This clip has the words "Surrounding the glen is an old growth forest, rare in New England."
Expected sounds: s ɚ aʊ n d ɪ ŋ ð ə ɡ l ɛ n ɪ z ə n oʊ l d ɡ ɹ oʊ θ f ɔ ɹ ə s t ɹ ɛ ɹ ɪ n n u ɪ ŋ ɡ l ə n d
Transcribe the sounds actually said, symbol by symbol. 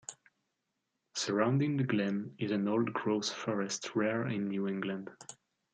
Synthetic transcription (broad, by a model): s ɚ aʊ n d ɪ ŋ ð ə ɡ l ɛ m ɪ z ə n oʊ l d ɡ ɹ oʊ s f ɔ ɹ ə s t ɹ ɛ ɹ ɪ n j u ɪ ŋ ɡ l ə n d